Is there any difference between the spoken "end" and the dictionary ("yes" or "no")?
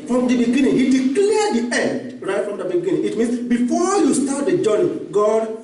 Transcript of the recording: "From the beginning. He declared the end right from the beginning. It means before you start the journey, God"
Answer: no